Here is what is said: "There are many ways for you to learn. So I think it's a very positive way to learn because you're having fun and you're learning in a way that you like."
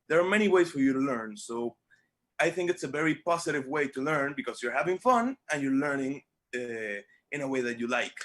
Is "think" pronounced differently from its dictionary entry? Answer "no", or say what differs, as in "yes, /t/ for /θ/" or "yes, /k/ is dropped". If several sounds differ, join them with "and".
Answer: no